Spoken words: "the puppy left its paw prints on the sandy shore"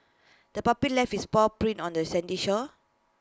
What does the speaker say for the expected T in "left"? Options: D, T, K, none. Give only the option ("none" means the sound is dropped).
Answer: none